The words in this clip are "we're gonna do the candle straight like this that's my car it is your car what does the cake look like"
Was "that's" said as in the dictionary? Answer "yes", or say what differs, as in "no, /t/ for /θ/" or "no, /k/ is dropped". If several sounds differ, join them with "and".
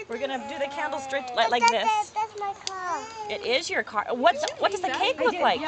no, /s/ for /t/